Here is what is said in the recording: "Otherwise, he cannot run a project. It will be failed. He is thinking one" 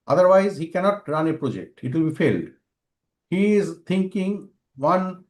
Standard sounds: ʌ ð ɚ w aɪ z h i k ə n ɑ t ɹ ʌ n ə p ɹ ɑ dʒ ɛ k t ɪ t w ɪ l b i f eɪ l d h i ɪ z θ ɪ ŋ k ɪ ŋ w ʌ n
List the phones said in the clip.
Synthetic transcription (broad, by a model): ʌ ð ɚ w aɪ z h i k ə n ɑ t ɹ ʌ n ə p ɹ ɑ dʒ ɛ k t ɪ t w ɪ l b i f eɪ l d h i ɪ z t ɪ ŋ k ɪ ŋ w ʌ n